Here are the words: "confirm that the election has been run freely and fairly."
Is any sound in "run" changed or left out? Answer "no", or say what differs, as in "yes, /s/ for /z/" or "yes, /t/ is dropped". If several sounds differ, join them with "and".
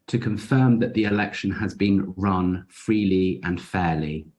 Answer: no